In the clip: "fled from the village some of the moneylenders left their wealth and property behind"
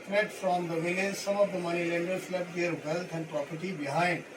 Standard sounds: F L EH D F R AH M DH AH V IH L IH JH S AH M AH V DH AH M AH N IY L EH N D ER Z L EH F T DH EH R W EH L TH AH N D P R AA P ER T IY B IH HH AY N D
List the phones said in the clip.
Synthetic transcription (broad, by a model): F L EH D F R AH M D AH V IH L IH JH S AH M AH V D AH M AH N IY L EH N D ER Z L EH T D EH R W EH L T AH N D P R AA P ER T IY B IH HH AY N D